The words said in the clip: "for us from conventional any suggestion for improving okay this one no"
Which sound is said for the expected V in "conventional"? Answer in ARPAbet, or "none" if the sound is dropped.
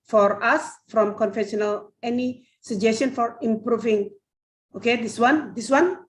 F